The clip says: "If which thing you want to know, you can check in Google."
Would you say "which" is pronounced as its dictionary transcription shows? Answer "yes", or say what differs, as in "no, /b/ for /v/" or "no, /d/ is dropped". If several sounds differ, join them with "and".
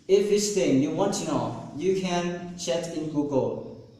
no, /s/ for /tʃ/